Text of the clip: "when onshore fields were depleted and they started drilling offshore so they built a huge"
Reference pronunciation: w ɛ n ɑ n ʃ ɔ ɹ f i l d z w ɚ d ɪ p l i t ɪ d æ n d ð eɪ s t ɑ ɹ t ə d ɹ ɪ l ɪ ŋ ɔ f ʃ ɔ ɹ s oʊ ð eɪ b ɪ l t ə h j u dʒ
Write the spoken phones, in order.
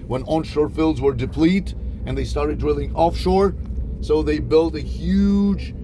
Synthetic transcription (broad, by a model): w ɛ n ɑ n ʃ ɔ ɹ f i l d z w ɚ d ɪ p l i t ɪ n ð eɪ s t ɑ ɹ t ə d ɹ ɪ l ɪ ŋ ɔ f ʃ ɔ ɹ s oʊ ð eɪ b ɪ l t ə h j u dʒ